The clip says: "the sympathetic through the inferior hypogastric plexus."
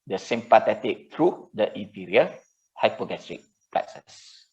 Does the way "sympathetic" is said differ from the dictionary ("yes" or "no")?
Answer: yes